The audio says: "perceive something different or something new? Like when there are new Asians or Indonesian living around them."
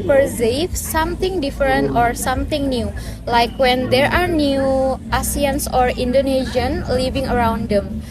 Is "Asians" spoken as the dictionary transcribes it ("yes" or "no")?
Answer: no